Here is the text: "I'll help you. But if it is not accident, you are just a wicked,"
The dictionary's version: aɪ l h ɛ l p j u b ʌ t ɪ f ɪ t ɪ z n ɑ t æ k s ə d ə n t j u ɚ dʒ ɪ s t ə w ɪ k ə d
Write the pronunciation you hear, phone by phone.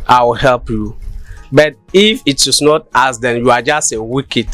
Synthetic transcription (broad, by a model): aɪ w h ɛ l p j u b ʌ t ɪ f ɪ t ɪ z n ɑ t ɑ s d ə n j u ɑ dʒ ɪ s t ə w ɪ k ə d